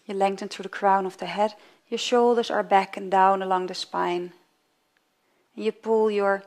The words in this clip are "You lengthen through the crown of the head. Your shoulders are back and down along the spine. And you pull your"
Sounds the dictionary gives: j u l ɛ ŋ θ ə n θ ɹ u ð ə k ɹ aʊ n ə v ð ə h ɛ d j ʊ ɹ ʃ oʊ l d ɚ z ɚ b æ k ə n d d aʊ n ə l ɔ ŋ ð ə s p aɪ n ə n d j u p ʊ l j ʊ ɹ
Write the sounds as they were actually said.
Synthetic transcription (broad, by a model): j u l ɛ ŋ t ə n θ ɹ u ð ə k ɹ aʊ n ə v ð ə h ɛ d j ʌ ɹ ʃ oʊ l d ɚ z ɚ b æ k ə n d d aʊ n ə l ɔ ŋ ð ə s p aɪ n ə n j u p ʊ l j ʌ ɹ